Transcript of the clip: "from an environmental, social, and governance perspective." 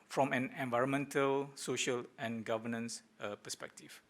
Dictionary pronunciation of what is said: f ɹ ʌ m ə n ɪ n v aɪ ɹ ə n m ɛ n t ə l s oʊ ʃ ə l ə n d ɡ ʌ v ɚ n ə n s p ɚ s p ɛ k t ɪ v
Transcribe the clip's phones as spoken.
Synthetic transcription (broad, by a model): f ɹ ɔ m ə n ɪ n v aɪ ɹ ə n m ɛ n t ə l s oʊ ʃ ə l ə n ɡ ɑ v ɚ n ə n s p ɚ s p ɛ k t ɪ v